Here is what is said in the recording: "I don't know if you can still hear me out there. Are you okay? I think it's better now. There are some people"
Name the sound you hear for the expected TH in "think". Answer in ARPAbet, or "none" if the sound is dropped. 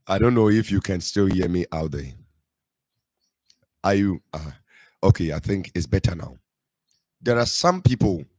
TH